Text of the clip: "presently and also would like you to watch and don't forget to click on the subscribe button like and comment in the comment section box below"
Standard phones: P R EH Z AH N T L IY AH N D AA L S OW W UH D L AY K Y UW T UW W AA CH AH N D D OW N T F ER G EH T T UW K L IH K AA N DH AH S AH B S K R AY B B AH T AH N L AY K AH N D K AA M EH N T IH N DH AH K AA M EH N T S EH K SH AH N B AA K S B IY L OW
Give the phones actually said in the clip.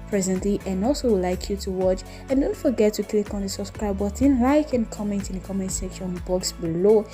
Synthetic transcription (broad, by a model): P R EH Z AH N T L IY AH N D AA L S OW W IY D L AY K Y UW T UW W AA CH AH N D D OW N T F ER G EH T T UW K L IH K AA N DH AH S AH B S K R AY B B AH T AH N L AY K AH N K AA M EH N T IH N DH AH K AA M EH N T S EH K SH AH N B AA K S B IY L OW